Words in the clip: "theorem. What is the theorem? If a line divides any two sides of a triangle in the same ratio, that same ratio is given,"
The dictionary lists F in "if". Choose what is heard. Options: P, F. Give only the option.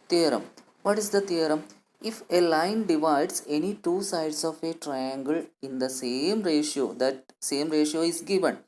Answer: F